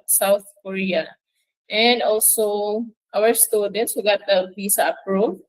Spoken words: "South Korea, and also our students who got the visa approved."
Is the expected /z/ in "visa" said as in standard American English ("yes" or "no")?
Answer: no